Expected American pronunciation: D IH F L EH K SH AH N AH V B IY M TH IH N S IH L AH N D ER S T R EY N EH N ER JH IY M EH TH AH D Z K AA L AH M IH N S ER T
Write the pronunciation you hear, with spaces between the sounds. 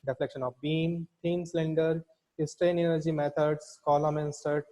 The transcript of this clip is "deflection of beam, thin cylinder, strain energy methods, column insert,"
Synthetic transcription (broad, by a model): D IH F L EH K SH AH N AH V B IY M T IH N S L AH N D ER S T R EY N EH N ER JH IY M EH T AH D S K AA L AH M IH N S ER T